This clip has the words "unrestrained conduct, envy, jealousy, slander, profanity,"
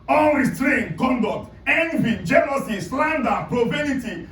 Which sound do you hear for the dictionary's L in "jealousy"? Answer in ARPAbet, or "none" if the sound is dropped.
N